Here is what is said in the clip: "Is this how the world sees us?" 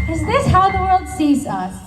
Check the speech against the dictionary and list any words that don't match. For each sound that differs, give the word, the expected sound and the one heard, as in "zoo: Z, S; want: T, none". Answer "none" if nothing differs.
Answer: none